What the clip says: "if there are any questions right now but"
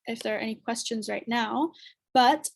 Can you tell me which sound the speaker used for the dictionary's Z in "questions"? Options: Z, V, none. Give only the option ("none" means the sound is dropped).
Z